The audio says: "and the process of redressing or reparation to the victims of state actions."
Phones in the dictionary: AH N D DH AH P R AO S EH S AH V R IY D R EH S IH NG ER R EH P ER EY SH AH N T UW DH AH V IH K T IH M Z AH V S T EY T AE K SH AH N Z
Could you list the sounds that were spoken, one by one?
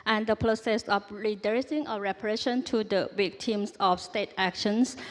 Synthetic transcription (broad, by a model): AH N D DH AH P R AO S EH S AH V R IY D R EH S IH NG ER R EH P ER EY SH AH N T UW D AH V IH K T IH M S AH F S T EY T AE K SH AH N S